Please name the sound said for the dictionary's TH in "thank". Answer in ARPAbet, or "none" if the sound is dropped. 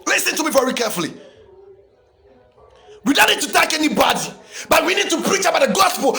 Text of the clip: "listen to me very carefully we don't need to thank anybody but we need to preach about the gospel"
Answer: T